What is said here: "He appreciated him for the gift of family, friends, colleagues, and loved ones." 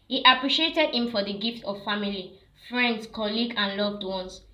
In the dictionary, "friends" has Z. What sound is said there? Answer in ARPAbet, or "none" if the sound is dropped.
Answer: S